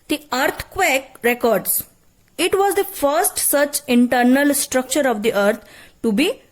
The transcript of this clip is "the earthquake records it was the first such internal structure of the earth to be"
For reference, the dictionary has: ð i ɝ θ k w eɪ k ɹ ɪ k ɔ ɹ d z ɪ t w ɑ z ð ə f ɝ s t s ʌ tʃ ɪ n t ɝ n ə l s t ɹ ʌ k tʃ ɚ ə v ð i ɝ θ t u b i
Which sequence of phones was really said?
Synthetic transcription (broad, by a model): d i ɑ t k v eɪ k ɹ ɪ k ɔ ɹ d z ɪ t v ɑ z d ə f ɝ s t s ʌ tʃ ɪ n t ɝ n ə l s t ɹ ʌ k tʃ ɚ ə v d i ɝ t t u b i